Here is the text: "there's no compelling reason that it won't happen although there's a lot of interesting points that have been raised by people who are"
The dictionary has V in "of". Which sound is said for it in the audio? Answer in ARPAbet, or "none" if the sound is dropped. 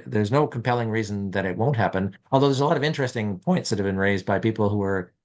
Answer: V